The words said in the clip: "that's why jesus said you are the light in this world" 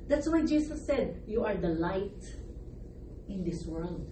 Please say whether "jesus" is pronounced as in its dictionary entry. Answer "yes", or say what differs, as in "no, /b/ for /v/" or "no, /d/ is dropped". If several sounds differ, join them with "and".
no, /s/ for /z/